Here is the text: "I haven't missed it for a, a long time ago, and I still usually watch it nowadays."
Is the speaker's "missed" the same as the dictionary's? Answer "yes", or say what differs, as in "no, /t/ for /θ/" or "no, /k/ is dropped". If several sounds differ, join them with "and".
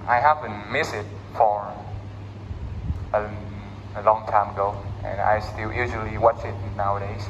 no, /t/ is dropped